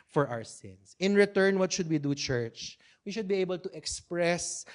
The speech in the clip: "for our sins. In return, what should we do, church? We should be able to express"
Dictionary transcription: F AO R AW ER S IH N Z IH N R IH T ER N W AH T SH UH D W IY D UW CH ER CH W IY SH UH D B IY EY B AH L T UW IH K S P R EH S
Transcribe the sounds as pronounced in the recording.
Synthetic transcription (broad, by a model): F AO R AW ER S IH N S IH N R IH T ER N W AH T SH UH D W IY D UW CH ER CH W IY SH UH D B IY EY B AH L T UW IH K S P R EH S